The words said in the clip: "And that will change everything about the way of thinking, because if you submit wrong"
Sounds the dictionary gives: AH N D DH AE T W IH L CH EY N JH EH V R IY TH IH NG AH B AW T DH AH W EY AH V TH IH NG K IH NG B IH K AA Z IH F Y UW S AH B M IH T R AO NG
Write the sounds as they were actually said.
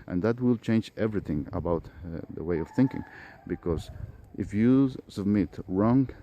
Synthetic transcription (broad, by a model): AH N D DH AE T W IH L CH EY N JH EH V R IY TH IH NG AH B AW T DH AH W EY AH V TH IH NG K IH NG B IH K AA Z IH F Y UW S AH B M IH T R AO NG